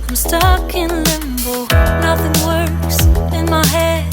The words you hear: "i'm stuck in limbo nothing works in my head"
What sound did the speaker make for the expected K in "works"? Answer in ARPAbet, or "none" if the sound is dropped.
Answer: none